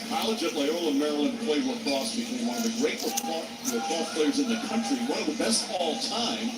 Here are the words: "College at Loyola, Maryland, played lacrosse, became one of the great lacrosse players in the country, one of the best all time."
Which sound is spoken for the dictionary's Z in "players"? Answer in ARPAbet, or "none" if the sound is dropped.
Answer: Z